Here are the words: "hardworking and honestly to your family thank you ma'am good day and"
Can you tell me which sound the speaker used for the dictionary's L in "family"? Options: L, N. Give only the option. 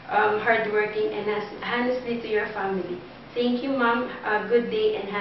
L